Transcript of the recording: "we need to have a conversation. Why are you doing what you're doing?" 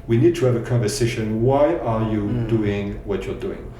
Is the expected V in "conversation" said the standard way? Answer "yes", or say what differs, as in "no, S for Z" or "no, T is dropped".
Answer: yes